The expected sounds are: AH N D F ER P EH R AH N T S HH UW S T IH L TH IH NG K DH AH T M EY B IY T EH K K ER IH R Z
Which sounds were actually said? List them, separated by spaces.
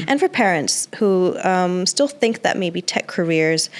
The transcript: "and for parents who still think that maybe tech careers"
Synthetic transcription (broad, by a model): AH N F ER P EH R AH N T S HH UW S T IH L TH IH NG K DH AH T M EY B IY T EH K K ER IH R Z